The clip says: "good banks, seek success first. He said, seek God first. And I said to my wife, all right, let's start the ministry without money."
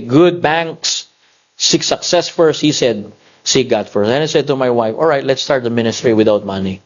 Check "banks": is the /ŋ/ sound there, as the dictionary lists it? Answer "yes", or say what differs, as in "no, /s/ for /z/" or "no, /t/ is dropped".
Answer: yes